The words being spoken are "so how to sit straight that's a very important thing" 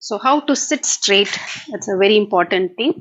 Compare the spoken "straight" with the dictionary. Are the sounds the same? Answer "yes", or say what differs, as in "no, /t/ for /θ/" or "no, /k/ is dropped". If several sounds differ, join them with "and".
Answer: yes